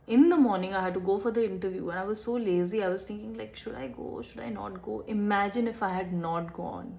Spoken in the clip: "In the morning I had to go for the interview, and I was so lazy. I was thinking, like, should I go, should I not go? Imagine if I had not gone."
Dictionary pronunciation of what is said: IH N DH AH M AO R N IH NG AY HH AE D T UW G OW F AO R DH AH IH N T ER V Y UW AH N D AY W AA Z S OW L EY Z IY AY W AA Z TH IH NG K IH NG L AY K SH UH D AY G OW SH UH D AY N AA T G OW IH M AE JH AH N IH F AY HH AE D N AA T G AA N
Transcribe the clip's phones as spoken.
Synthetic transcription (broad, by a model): IH N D AH M AO R N IH NG AY HH AE D T UW G OW F AO R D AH IH N T ER V Y UW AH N AY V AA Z S OW L EY Z IY AY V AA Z T IH NG K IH NG L AY K SH UH D AY G OW SH UH D AY N AA T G OW IH M AE JH AH N IH F AY HH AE D N AA T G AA N